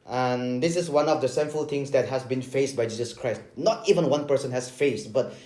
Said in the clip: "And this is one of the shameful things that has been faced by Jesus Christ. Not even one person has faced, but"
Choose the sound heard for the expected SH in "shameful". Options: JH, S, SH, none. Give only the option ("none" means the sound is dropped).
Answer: S